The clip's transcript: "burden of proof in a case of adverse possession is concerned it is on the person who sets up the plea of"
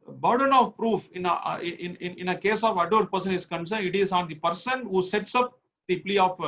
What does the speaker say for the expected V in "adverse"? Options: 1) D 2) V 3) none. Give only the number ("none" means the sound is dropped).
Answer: 3